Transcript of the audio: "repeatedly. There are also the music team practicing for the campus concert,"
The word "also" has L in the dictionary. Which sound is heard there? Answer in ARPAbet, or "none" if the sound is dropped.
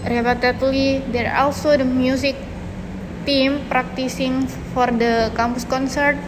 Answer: L